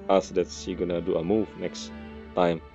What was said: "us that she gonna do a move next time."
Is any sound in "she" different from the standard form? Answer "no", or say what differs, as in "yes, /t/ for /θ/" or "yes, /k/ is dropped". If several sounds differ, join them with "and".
yes, /s/ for /ʃ/